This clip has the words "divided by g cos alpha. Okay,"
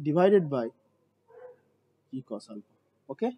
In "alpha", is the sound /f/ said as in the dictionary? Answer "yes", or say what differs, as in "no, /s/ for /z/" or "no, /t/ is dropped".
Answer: no, /p/ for /f/